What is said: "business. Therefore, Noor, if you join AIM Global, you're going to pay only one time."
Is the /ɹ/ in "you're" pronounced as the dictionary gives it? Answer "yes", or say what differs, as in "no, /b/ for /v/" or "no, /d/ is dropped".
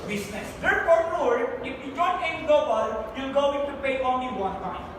no, /l/ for /ɹ/